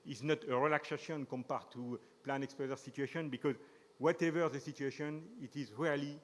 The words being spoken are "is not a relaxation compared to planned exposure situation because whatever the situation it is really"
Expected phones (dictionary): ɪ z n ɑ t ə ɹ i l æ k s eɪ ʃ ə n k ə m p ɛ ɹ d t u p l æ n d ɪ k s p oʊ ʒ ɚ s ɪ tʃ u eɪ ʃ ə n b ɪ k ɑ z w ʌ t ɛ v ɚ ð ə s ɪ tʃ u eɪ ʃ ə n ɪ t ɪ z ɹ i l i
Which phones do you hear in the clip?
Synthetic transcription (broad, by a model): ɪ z n ɑ t ə ɹ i l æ k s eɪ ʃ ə n k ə m p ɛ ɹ t u p l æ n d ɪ k s p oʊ z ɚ s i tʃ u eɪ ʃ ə n b ɪ k ɑ z w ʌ t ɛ v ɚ ð ə s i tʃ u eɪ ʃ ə n ɪ t ɪ z ɹ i l i